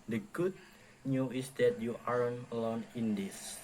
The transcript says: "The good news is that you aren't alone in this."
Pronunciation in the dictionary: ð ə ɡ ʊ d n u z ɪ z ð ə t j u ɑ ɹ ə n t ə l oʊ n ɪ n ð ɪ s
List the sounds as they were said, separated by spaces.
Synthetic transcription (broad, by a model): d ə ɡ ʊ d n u ɪ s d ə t j u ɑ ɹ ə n ə l oʊ n ɪ n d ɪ s